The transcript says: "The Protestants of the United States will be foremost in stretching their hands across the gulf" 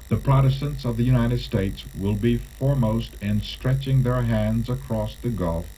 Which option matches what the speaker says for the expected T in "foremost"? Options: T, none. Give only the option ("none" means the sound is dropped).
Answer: T